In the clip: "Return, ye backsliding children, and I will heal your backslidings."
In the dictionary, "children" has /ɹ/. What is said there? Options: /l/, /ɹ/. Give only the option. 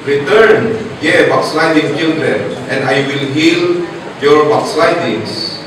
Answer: /l/